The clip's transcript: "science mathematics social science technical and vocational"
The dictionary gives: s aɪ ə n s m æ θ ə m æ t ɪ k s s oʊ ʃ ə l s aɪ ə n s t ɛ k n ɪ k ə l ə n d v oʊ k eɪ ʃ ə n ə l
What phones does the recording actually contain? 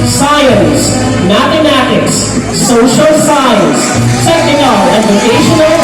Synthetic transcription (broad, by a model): s aɪ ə n s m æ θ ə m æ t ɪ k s s oʊ ʃ ə l s aɪ ə n s s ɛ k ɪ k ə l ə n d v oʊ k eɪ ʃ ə n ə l